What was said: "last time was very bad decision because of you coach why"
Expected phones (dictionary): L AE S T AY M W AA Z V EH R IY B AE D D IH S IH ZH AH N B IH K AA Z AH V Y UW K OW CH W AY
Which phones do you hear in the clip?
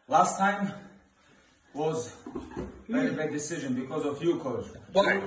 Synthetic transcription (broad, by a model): L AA S T AY M W AA Z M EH IY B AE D D IH S IH ZH AH N B IH K AA Z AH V Y UW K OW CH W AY